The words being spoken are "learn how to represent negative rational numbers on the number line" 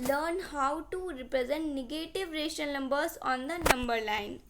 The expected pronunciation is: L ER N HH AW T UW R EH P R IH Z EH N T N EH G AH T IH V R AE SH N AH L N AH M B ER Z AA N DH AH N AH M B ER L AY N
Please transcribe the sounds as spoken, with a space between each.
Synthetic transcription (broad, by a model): L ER N HH AW T UW R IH P R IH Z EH N T N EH G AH T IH V R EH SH AH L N AH M B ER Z AA N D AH N AH M B ER L AY N